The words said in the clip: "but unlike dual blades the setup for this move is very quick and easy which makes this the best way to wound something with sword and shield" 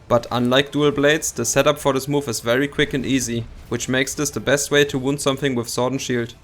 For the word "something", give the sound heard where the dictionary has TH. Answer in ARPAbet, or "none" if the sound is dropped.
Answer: TH